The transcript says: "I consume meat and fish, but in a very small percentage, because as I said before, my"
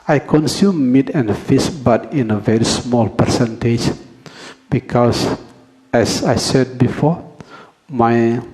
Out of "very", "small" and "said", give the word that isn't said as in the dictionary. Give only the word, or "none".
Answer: none